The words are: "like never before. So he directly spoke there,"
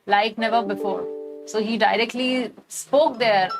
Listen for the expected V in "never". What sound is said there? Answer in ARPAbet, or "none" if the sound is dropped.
V